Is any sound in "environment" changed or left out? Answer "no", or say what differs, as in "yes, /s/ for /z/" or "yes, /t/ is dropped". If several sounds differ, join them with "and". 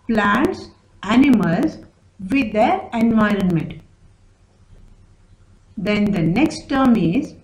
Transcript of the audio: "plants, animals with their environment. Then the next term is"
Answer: no